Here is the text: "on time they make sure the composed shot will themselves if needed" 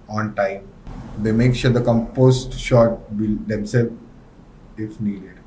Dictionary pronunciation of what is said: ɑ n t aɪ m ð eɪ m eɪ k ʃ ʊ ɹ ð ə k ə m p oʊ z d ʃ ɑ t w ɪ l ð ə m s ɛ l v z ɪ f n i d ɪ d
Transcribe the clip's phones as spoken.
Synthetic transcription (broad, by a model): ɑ n t aɪ m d eɪ m eɪ k ʃ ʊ ɹ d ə k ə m p oʊ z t ʃ ɑ t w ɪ l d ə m s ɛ l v ɪ f n i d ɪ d